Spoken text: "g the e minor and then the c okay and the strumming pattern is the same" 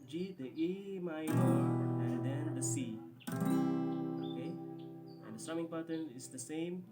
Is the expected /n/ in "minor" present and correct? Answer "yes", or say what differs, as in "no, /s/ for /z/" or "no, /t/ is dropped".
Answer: no, /n/ is dropped